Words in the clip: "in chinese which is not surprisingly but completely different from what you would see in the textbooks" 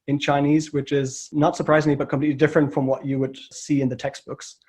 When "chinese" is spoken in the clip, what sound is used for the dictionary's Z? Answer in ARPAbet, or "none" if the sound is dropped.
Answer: Z